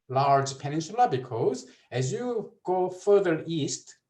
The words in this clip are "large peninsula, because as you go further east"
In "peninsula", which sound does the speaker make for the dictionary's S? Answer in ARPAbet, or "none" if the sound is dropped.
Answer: SH